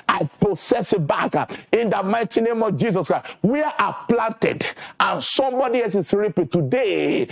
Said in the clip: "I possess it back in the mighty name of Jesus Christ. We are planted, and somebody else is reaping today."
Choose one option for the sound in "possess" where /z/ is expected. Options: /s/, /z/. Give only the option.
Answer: /s/